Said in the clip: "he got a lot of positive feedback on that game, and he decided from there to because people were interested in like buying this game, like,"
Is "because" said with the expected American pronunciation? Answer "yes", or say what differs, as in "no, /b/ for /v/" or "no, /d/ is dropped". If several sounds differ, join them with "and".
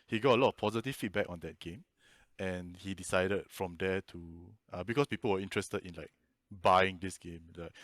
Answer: no, /s/ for /z/